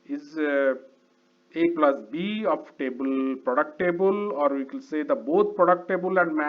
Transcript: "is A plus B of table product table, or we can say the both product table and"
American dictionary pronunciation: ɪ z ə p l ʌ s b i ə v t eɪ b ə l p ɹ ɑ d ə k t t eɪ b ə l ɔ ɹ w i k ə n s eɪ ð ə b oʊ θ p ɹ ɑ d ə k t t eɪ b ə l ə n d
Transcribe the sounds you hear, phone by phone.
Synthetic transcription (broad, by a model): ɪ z ə p l ʌ s b i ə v t eɪ b ə l p ɹ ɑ d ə k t t eɪ b ə l ɔ ɹ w i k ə l s eɪ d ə b oʊ t p ɹ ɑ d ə k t t eɪ b ə l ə n d